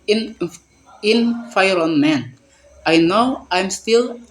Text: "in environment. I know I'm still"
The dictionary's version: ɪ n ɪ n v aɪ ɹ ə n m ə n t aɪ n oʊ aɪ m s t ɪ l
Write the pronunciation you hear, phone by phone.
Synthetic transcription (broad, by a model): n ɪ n f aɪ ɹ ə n m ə n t aɪ n oʊ aɪ m s t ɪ l